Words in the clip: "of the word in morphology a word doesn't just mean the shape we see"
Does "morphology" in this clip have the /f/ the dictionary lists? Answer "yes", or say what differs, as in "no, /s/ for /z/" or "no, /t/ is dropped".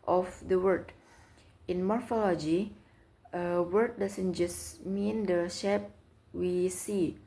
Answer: yes